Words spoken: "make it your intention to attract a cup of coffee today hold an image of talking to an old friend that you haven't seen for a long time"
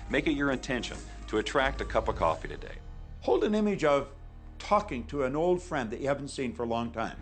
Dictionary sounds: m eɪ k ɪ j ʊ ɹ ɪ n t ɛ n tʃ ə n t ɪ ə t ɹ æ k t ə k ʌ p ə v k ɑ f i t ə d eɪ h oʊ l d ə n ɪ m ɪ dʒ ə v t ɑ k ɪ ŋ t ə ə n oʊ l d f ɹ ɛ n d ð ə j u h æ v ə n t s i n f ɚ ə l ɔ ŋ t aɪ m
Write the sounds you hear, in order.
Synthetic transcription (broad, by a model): m eɪ k ɪ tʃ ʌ ɹ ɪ n t ɛ n ʃ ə n t ɪ ə t ɹ æ k t ə k ʌ p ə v k ɑ f i t ə d eɪ h oʊ l d ə n ɪ m ɪ dʒ ə v t ɑ k ɪ ŋ t ə ə n oʊ l d f ɹ ɛ n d ð ə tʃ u h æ v n t s i n f ɚ ə l ɔ ŋ t aɪ m